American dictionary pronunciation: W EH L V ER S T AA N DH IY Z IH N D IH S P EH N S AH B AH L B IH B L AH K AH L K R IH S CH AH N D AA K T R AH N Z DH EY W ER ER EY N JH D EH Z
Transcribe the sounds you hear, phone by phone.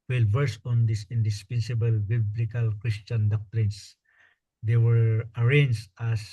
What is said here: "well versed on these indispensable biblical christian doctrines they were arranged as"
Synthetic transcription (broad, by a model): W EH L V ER S AA N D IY S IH N D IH S P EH N S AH B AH L B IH B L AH K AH L K R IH S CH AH N D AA K T R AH N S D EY W ER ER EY N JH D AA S